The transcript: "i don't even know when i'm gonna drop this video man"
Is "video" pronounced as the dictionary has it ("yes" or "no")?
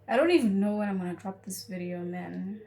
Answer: yes